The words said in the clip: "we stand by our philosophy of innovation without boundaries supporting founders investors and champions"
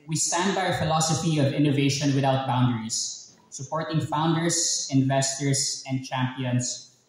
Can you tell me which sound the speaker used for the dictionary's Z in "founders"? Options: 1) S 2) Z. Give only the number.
1